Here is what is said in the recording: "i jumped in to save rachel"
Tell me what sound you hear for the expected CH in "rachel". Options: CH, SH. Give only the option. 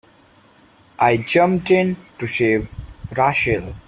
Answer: SH